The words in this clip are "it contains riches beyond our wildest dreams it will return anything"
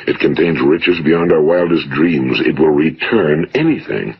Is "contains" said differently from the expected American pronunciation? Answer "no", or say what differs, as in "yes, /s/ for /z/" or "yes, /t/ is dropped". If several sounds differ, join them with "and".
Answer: no